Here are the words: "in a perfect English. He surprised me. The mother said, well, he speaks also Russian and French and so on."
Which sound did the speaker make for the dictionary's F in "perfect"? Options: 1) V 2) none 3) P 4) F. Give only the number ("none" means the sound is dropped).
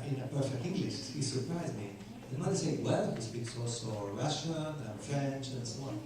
4